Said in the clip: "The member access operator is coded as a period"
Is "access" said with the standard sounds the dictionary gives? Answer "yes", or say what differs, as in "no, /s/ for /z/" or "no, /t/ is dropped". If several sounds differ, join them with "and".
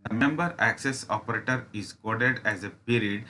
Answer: yes